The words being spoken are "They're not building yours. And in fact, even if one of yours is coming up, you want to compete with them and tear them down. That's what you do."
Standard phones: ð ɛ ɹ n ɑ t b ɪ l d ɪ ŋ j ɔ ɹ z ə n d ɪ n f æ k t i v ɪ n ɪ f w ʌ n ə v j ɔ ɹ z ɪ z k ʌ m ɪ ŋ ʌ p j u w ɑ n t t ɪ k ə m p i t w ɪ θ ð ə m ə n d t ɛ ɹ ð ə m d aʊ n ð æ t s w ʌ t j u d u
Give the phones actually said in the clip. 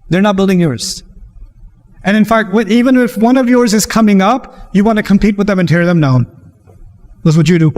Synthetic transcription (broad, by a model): ð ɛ ɹ n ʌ t b ɪ l d ɪ ŋ j ɔ ɹ z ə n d ɪ n f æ k t i v ɪ n ɪ f w ʌ n ə v j ɔ ɹ z ɪ z k ʌ m ɪ ŋ ʌ p j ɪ w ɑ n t t ɪ k ə m p i t w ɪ ð ə m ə n t ɛ ɹ ð ə m d aʊ n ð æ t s w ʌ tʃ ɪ d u